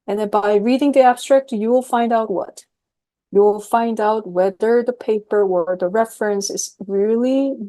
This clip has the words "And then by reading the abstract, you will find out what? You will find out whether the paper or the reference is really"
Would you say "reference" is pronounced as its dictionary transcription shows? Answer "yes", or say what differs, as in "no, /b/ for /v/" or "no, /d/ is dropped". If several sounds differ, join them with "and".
yes